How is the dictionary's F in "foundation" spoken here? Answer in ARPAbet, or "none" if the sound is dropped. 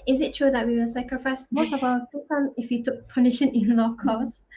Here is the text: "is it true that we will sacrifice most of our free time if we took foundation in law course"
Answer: P